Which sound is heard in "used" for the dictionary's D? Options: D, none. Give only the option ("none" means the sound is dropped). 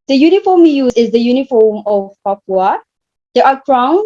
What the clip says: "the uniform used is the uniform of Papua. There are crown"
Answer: none